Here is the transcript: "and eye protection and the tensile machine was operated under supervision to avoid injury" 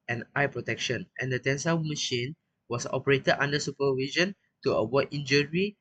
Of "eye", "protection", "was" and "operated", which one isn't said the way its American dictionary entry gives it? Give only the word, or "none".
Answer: was